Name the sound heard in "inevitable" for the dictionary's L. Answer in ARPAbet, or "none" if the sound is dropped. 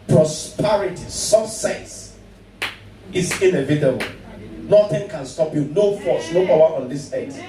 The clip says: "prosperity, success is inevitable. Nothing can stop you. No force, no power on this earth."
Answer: L